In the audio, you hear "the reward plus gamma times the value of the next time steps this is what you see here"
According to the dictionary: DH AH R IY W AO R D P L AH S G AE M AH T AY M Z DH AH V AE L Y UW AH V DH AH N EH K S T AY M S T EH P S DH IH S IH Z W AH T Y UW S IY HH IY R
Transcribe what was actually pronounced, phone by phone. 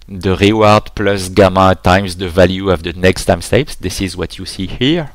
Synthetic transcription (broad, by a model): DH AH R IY W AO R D P L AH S G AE M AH T AY M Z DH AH V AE L Y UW AH V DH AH N EH K S T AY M S T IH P S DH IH S IH Z W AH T Y UW S IY HH IY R